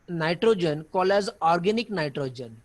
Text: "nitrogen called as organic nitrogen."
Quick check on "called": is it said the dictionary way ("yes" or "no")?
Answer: no